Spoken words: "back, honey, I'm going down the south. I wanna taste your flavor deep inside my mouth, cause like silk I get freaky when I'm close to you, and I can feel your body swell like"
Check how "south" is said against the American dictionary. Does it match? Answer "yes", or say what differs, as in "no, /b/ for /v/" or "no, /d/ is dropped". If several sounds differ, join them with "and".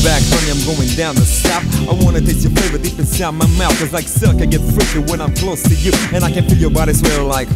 no, /f/ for /θ/